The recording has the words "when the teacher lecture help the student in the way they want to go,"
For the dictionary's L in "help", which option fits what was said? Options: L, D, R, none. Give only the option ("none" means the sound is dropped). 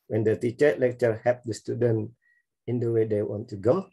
none